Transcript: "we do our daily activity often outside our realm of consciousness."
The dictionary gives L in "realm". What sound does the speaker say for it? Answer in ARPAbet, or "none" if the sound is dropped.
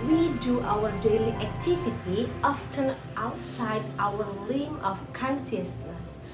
none